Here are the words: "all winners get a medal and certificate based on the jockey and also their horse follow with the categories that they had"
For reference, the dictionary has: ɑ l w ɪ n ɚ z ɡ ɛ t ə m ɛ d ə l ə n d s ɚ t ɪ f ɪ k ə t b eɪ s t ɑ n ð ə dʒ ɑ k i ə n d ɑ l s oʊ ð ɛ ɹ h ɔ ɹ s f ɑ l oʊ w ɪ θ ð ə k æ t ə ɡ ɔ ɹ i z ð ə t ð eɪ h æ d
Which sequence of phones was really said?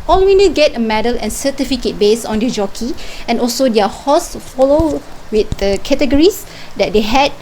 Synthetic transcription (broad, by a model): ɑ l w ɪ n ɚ ɡ ɛ t ə m ɛ d ə l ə n s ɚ t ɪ f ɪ k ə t b eɪ s ɑ n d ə dʒ ɑ k i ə n ɑ l s oʊ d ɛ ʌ h ɔ s f ɑ l oʊ w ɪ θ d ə k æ t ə ɡ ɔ ɹ i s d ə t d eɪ h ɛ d